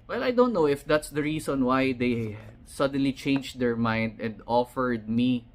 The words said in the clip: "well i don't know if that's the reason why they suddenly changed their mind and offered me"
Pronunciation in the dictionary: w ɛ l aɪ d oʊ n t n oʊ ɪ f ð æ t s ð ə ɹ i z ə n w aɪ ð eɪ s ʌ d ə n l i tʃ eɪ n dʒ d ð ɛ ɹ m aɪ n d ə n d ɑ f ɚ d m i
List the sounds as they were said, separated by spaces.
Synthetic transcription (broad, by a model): w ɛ l aɪ d oʊ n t n oʊ ɪ f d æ t s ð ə ɹ i s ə n w aɪ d eɪ s ʌ d ə n l i tʃ eɪ n dʒ d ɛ ɹ m aɪ n d ə n d ɑ f ɚ d m i